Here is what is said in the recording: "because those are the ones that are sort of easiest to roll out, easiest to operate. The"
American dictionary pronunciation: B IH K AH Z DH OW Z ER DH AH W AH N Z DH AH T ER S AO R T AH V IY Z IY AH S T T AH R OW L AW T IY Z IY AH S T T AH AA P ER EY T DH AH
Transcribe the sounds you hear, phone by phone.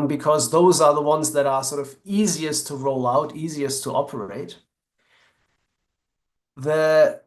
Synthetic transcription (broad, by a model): B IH K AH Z DH OW Z ER DH AH W AH N Z DH AH T ER S AO R T AH V IY Z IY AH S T T AH R OW L AW T IY Z IY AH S T T AA P ER EY T DH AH